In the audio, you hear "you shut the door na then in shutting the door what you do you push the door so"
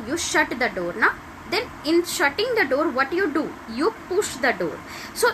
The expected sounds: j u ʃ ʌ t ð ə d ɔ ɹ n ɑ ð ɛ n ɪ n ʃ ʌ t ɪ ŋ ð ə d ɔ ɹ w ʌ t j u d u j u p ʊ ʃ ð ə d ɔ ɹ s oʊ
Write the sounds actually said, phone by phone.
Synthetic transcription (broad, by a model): j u ʃ ʌ t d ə d ɔ ɹ n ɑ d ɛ n ɪ n ʃ ʌ t ɪ ŋ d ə d ɔ ɹ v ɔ t j u d u j u p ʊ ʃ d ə d ɔ ɹ s oʊ